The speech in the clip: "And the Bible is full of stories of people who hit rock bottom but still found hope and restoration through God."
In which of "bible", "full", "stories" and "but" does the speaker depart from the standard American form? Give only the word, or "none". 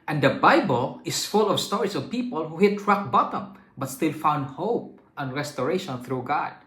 stories